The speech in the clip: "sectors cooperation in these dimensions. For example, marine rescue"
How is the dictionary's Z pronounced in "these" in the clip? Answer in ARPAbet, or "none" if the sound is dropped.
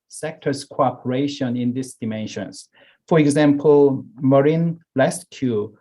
S